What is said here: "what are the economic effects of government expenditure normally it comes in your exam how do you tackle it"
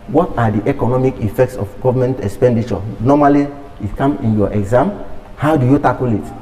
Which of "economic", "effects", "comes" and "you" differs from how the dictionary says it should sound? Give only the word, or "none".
comes